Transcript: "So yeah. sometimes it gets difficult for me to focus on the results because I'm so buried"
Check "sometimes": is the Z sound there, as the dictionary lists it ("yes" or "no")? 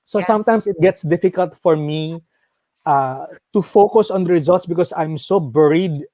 no